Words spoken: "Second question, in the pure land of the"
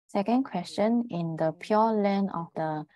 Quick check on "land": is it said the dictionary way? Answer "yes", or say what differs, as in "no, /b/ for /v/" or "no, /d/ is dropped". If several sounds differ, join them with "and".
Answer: no, /d/ is dropped